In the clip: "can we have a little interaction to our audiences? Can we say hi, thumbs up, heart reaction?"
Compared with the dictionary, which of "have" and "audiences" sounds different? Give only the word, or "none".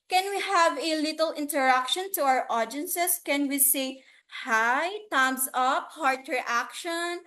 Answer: audiences